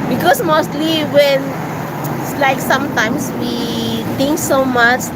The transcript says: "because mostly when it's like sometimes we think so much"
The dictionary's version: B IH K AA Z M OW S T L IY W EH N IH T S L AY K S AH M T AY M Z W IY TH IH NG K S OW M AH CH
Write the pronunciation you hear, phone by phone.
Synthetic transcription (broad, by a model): B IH K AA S M OW S T L IY W EH N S L AY K S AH M T AY M S W IY T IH NG K S OW M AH CH